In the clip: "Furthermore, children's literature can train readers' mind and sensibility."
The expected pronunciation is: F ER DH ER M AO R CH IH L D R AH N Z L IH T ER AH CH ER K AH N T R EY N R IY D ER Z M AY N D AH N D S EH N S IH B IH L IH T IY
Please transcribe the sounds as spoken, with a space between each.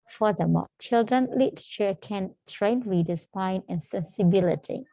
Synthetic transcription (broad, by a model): F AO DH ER M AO CH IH L D R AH N L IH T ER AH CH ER K AH N T R EY N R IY D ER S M AY N AH N S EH N S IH B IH L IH T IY